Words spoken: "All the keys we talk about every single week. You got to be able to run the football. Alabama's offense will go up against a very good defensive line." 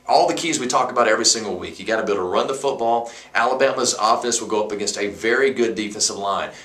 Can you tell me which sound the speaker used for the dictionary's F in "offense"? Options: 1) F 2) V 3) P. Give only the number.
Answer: 1